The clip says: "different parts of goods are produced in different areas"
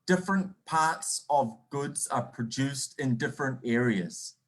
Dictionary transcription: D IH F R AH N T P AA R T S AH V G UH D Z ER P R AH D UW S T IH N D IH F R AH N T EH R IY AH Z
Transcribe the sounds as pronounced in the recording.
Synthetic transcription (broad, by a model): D IH F R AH N P AA R T S AH V G UH D Z ER P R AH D UW S T IH N D IH F R AH N T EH R IY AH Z